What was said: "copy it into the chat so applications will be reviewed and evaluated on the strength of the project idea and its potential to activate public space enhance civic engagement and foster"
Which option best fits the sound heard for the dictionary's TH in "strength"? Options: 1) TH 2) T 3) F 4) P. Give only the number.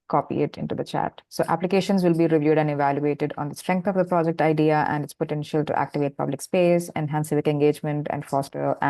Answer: 2